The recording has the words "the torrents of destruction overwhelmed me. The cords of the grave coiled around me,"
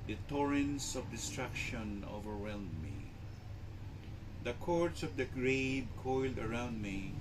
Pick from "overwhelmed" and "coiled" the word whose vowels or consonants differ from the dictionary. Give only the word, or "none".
overwhelmed